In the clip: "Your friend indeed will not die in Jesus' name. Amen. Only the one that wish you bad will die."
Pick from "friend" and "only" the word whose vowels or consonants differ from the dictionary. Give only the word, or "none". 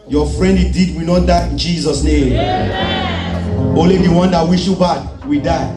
only